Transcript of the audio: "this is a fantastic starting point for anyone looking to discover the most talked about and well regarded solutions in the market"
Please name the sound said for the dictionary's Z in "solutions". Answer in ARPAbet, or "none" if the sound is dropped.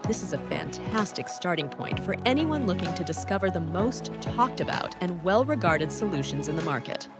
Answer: Z